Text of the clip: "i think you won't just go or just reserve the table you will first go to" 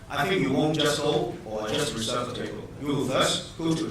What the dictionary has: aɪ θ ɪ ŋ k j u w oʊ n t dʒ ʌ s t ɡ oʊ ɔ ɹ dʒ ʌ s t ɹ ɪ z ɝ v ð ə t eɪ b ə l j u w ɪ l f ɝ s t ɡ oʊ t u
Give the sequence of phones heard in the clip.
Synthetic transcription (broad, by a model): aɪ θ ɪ ŋ k j u w oʊ n t dʒ ʌ s t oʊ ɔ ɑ dʒ ʌ s t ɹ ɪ s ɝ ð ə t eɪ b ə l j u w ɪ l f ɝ s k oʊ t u